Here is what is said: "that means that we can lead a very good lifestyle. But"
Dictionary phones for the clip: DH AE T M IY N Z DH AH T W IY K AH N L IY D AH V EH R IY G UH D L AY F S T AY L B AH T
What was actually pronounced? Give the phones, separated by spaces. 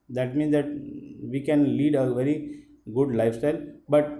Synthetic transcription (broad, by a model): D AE T M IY N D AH T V IY K AH N L IY D AH V EH R IY G UH D L AY F S T AY L B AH T